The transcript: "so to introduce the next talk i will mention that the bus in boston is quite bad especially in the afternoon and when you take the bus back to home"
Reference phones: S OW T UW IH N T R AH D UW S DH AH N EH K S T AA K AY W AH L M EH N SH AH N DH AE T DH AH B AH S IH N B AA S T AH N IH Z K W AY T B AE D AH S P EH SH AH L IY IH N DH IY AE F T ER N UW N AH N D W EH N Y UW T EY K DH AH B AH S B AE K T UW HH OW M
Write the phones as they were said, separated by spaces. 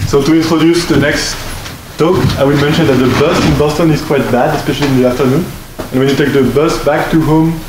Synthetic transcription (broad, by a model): S OW T UW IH N T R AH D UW S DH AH N EH K S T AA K AY W AH L M EH N SH AH N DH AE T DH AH B AH S IH N B AA S T AH N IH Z K W AY T B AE D AH S P EH SH AH L IY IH N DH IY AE F T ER N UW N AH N W EH N Y UW T EY K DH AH B AH S B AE K T UW HH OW M